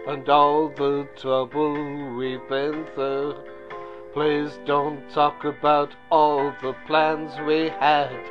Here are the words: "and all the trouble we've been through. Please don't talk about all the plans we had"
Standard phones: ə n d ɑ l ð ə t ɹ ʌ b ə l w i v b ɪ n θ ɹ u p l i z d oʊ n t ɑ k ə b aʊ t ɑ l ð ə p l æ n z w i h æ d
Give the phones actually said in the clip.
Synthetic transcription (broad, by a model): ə n ɑ l ð ə t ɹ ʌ b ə l w i b ɪ n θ ʌ p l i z d oʊ n t ɑ k ə b aʊ t ɑ l ð ə p l æ n z w i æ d